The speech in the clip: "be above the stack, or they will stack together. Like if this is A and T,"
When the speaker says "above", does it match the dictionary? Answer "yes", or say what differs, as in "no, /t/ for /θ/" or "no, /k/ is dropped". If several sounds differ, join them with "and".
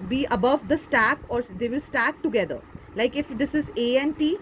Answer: yes